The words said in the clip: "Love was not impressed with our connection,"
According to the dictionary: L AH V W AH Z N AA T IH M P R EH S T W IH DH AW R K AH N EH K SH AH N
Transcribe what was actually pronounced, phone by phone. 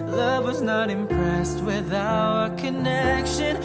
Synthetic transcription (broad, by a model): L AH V W AH Z N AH T IH M P R EH S T W IH DH AW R K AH N EH K SH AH N